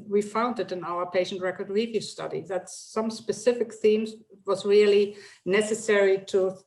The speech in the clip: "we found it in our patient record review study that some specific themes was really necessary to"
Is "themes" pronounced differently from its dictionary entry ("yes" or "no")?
no